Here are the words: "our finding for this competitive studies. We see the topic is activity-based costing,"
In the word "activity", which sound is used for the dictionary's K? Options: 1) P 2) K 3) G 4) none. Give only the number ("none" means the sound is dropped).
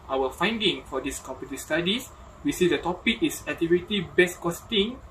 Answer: 4